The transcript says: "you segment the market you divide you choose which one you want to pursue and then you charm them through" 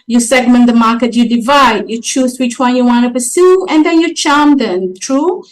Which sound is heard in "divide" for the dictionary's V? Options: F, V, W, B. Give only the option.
V